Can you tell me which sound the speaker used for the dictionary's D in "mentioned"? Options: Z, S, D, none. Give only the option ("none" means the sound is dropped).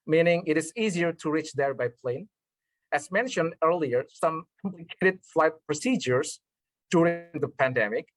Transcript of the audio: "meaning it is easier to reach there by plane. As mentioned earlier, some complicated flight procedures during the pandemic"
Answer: D